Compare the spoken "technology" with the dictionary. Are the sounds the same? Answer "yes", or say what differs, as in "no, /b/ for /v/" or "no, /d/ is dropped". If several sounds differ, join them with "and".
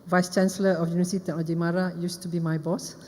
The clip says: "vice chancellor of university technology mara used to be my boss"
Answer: no, /k/ is dropped